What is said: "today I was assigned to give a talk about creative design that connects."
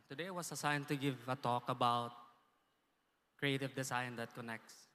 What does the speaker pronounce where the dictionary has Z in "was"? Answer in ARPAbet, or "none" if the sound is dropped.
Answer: S